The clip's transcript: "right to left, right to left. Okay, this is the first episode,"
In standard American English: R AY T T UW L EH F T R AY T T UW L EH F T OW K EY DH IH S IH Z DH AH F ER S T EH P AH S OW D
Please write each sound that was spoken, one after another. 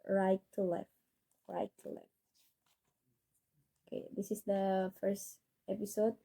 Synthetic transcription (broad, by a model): R AY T T UW L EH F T R AY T T UW L EH F T OW K EY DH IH S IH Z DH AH F ER S T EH P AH S OW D